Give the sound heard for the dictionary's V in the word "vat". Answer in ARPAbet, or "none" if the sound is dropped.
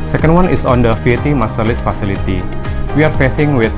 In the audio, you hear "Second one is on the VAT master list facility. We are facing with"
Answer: F